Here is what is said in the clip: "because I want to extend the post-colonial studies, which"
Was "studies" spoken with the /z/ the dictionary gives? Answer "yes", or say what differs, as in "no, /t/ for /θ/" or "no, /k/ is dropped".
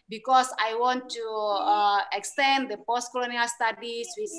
no, /s/ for /z/